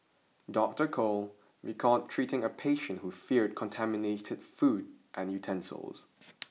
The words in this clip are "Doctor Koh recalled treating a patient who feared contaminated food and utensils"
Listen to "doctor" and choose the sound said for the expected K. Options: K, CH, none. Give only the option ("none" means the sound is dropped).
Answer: K